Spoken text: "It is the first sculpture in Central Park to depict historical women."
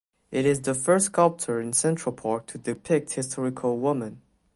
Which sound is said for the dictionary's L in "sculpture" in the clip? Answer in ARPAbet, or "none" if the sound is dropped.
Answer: L